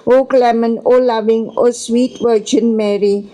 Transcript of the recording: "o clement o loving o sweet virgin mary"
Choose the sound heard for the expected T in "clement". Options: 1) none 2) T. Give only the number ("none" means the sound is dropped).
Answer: 1